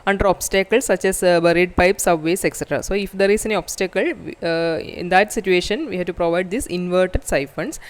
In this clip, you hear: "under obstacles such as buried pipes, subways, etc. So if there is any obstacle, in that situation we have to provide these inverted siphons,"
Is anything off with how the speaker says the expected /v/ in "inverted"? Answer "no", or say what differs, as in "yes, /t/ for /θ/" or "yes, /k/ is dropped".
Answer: no